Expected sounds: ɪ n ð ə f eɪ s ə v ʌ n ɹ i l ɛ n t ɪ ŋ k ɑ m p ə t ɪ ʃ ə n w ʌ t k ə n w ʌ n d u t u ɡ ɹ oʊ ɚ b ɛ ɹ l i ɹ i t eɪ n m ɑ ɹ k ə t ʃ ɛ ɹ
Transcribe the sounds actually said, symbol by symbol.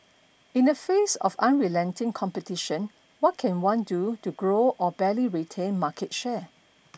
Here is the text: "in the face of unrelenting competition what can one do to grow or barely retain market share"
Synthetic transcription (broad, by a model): ɪ n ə f eɪ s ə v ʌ n ɹ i l ɛ n t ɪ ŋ k ɑ m p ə t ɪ ʃ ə n w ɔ t k ə n w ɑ n d u t u ɡ ɹ oʊ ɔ b ɛ l i ɹ i t eɪ n m ɑ k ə t ʃ ɛ